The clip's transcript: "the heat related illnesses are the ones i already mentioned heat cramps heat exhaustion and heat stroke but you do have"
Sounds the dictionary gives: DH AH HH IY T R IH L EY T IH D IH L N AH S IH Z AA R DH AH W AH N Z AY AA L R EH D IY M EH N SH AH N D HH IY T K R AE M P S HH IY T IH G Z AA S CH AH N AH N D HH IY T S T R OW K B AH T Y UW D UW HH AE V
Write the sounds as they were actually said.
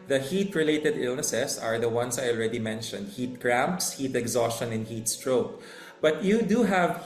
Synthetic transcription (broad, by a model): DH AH HH IY T R IH L EY T IH D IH L N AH S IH S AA R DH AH W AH N S AY AA L R EH D IY M EH N SH AH N D HH IY T K R AE M P S HH IY T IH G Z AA S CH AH N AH N HH IY T S T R OW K B AH T Y UW D UW HH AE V